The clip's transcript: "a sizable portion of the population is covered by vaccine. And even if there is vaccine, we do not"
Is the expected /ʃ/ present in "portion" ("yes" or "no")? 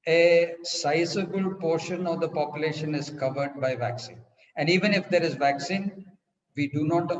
yes